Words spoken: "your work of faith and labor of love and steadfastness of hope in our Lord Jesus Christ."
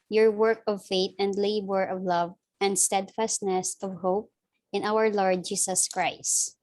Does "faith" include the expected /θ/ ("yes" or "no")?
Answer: no